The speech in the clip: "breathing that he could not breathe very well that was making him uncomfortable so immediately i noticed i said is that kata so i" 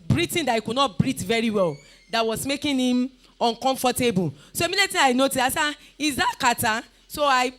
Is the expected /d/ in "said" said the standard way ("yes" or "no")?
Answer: no